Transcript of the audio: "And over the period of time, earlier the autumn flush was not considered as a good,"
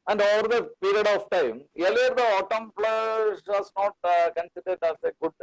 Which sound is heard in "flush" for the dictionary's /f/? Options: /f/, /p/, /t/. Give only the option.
/p/